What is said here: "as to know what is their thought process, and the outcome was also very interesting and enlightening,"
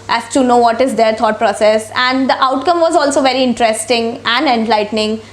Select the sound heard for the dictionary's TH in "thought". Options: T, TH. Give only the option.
T